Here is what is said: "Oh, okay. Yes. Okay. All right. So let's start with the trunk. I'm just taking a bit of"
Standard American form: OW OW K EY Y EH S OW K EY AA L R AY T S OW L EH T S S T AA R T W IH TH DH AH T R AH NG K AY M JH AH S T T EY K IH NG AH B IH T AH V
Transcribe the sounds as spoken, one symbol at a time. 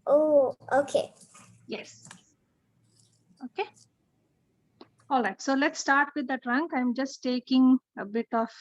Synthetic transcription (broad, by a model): OW OW K EY Y EH S OW K EY AA L R AY T S OW L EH T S S T AA R T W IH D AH T R AH NG K AY M JH AH S T T EY K IH NG AH B IH T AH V